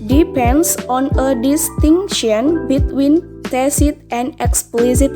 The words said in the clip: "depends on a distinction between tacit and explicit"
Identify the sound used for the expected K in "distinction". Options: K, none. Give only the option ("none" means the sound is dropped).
none